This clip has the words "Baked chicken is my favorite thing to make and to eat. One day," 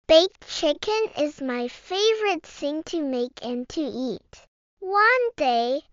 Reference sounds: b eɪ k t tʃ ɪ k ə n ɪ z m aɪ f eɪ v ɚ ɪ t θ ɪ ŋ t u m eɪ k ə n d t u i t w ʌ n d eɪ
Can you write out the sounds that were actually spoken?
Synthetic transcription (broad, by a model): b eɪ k tʃ ɪ k ə n ɪ z m aɪ f eɪ v ɚ ɪ t s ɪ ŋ t u m eɪ k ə n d t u i t w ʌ n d eɪ